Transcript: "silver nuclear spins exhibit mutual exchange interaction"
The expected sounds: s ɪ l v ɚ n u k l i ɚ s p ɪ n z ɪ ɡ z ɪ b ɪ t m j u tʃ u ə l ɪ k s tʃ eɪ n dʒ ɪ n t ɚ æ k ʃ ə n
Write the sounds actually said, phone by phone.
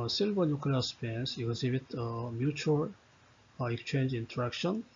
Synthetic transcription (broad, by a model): s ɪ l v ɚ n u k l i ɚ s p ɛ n s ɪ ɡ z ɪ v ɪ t m j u tʃ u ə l ɪ k s tʃ eɪ n dʒ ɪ n t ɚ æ k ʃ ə n